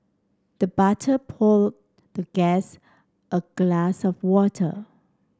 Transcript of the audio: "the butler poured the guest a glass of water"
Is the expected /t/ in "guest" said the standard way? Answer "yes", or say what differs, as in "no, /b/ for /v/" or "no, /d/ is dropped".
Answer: yes